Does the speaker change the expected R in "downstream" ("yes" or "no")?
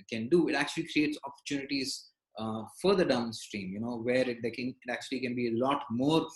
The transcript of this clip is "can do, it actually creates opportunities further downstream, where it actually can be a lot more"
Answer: no